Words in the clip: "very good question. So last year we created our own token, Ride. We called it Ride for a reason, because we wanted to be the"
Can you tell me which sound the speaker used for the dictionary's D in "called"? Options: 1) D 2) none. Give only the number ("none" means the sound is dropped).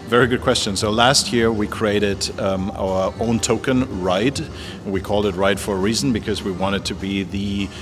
1